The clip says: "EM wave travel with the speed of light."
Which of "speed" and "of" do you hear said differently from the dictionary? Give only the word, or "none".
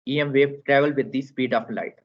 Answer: of